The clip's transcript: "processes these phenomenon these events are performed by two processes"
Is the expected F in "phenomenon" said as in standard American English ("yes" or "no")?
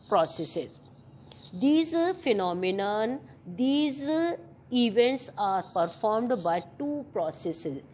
yes